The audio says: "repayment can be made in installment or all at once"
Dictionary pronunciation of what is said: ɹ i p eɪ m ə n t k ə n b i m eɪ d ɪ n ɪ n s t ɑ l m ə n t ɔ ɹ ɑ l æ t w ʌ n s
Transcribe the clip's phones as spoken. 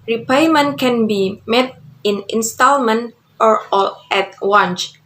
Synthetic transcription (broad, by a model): ɹ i p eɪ m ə n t k ə n b i m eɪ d ɪ n ɪ n s t ɑ l m ə n t ɔ ɹ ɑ l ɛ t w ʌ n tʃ